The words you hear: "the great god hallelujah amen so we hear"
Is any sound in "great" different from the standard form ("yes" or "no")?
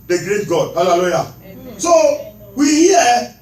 no